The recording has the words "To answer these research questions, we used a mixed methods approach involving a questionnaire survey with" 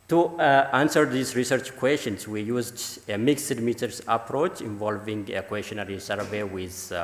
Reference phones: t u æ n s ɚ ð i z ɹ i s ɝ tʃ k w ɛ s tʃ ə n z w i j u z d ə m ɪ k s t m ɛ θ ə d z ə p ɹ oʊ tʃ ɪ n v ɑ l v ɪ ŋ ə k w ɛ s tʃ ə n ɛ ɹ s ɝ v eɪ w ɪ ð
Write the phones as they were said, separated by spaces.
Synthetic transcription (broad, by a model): t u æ n s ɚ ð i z ɹ i s ɝ tʃ k w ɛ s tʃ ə n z w i j u z d ə m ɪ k s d m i t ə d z ə p ɹ oʊ tʃ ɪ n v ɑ l v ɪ ŋ ə k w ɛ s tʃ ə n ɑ ɹ s ɝ v eɪ w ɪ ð